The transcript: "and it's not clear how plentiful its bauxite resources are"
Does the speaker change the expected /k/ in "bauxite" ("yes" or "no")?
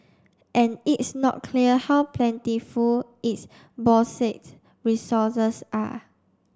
yes